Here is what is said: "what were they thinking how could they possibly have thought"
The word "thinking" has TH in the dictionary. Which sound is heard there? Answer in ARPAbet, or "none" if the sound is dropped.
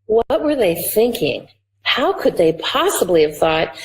TH